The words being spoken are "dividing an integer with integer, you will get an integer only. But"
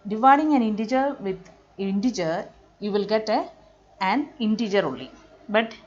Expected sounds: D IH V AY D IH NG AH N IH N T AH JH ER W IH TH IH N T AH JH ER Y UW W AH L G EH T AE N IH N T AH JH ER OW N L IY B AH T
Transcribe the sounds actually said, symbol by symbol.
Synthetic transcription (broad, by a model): D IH V AY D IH NG AH N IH N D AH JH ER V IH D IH N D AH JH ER Y UW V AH L G EH T AE N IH N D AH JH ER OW L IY B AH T